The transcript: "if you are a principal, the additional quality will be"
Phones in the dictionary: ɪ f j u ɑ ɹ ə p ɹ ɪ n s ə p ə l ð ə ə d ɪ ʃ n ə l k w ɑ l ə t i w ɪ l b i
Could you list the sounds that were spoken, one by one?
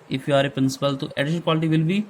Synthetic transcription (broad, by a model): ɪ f j u ɑ ɹ ə p ɹ ɪ n s ə p ə l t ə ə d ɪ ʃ ə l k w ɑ l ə t i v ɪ l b i